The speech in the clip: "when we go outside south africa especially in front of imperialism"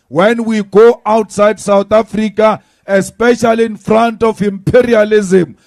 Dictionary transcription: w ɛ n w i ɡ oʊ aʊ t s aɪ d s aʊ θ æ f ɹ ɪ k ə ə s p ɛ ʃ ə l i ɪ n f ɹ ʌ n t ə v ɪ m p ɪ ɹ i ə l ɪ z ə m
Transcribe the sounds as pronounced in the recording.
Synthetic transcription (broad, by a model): w ɛ n w i ɡ oʊ aʊ t s aɪ d s aʊ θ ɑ f ɹ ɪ k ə ə s p ɛ ʃ ə l i n f ɹ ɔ n t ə f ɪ m p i ɹ i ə l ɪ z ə m